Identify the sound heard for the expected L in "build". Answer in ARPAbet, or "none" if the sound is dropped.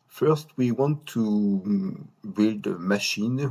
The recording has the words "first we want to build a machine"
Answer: L